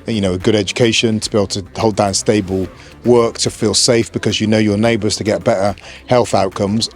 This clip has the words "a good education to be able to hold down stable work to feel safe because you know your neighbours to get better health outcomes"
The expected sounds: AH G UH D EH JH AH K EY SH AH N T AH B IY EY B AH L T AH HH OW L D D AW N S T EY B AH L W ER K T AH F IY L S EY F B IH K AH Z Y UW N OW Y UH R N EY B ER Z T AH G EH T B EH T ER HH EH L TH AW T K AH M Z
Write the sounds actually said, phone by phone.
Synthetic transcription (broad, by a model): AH G UH D EH JH AH K EY SH AH N T AH B IY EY B L T AH HH OW L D D AW N S T EY B AH L W ER K T AH F IY L S EY F B IH K AH Z Y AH N OW Y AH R N EY B ER Z T AH G EH T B EH T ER HH EH L TH AW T K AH M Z